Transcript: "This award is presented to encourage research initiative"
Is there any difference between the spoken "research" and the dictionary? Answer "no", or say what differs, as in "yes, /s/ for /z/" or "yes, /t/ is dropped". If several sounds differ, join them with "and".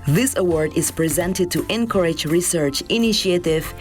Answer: no